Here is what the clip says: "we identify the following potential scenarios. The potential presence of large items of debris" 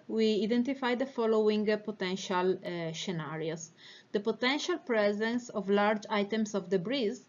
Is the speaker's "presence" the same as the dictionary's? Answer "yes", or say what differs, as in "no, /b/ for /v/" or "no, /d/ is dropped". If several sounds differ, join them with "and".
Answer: yes